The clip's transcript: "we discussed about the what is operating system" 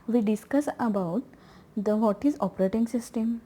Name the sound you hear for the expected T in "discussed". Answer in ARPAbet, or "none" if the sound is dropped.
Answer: none